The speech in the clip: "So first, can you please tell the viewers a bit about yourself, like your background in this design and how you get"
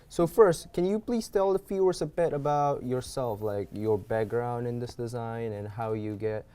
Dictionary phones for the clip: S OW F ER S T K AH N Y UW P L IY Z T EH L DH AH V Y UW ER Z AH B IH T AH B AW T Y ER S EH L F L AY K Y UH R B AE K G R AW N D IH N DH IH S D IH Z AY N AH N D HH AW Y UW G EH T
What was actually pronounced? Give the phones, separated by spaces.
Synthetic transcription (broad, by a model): S OW F ER S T K AH N Y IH P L IY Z T EH L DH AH F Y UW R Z AH B IH T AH B AW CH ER S EH L F L AY K Y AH R B AE K G R AW N D IH N DH IH S D IH Z AY N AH N HH AW Y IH G EH T